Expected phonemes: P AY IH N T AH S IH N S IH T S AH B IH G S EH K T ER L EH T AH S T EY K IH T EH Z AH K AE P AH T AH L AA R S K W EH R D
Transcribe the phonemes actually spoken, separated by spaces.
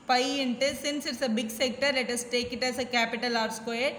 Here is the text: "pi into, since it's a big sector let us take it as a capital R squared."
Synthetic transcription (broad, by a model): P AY IH N T AH S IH N S IH T S AH B IH G S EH K T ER L EH T AH S T EY K IH T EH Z AH K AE P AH T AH L AA R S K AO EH